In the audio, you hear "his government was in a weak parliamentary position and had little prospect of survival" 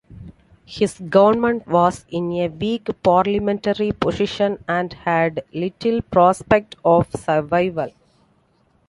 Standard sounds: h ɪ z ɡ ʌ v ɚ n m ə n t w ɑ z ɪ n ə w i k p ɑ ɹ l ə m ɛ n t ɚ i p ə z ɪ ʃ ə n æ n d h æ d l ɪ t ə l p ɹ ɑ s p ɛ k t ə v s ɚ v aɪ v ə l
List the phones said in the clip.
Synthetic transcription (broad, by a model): h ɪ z ɡ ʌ v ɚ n m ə n t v ɑ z ɪ n ə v i k p ɑ ɹ l ə m ɛ n t ɚ i p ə s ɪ ʃ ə n æ n d h æ d l ɪ t ə l p ɹ ɑ s p ɛ k t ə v s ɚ v aɪ v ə l